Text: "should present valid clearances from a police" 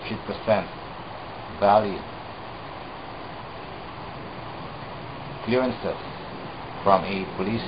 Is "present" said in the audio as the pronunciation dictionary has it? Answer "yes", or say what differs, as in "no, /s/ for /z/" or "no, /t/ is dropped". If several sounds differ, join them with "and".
no, /s/ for /z/